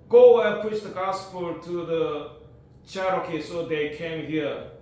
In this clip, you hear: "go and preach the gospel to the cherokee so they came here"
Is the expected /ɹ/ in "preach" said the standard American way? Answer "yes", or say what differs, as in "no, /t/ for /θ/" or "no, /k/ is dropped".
no, /ɹ/ is dropped